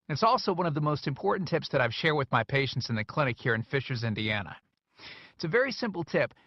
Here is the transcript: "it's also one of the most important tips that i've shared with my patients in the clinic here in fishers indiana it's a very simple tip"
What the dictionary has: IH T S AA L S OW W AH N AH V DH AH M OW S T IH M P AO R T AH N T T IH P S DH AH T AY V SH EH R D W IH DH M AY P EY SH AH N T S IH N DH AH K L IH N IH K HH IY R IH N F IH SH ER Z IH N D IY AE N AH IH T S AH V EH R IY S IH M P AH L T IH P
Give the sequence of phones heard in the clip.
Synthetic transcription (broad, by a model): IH T S AA L S OW W AH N AH V DH AH M OW S T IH M P AO R T N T T IH P S DH AH T AY V SH EH R W IH DH M AY P EY SH N T S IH N DH AH K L IH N IH K HH IY R IH N F IH SH ER Z IH N D IY AE N AH IH T S AH V EH R IY S IH M P L T IH P